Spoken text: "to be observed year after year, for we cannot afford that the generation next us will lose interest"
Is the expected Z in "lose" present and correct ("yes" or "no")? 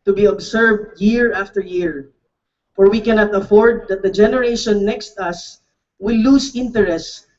no